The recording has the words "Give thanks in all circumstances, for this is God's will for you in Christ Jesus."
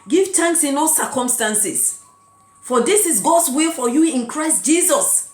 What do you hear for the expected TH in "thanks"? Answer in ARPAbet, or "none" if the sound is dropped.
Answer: T